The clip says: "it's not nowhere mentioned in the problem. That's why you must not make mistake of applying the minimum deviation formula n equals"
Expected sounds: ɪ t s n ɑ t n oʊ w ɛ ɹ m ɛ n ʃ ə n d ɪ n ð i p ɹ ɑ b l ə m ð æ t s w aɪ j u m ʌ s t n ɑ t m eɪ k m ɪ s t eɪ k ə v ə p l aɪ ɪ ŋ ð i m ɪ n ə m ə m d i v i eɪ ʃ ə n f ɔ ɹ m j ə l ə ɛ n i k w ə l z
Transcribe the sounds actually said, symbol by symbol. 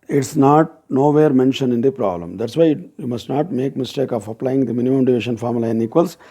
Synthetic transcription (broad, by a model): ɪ t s n ɑ t n oʊ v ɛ ɹ m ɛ n ʃ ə n ɪ n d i p ɹ ɑ b l ə m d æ t s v aɪ j u m ʌ s t n ɑ t m eɪ k m ɪ s t eɪ k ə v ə p l aɪ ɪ ŋ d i m ɪ n ə m ə m d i v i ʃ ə n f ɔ ɹ m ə l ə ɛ n i k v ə l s